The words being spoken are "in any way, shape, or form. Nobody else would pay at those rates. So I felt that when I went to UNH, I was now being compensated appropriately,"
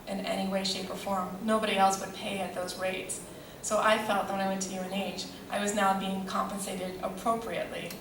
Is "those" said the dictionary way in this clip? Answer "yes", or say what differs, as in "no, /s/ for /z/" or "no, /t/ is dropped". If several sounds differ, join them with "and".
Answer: yes